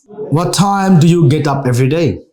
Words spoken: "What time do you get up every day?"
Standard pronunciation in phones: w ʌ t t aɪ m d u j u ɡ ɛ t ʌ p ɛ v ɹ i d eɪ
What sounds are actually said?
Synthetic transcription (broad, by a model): w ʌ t t aɪ m d u j u ɡ ɛ t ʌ p ɛ v ɹ i d eɪ